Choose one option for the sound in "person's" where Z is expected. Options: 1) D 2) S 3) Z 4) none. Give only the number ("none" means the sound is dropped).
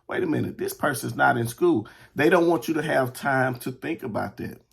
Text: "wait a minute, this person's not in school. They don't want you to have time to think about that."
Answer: 3